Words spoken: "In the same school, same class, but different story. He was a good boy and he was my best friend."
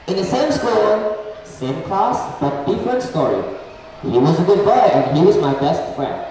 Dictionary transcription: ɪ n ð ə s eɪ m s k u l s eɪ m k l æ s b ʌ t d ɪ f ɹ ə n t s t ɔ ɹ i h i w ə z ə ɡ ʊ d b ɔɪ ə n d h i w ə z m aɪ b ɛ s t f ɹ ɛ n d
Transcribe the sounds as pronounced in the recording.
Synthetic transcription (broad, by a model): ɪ n ð ə s eɪ m s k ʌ n s eɪ m k l æ s b ʌ t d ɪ f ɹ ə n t s t ɔ ɹ i h i w ə z ə ɡ ʊ d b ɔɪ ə n h i w ə z m aɪ b ɛ s t f ɹ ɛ n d